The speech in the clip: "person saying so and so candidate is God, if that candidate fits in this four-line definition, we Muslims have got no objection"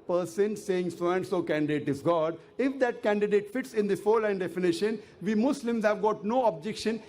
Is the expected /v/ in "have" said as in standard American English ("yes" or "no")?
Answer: yes